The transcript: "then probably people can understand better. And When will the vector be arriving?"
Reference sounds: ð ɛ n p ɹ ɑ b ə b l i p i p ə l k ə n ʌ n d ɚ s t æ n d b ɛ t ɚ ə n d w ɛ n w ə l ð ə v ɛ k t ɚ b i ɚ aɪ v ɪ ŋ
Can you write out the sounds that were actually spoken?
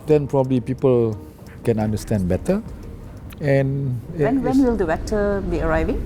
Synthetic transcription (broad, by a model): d ɛ n p ɹ ɑ b ə b l i p i p ə l k ə n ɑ n d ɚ s t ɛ n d b ɛ t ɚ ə n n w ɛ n w ə l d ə b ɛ t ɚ b i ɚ aɪ v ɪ ŋ